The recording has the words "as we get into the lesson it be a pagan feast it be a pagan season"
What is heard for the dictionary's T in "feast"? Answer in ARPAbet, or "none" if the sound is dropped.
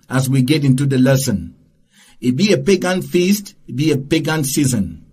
T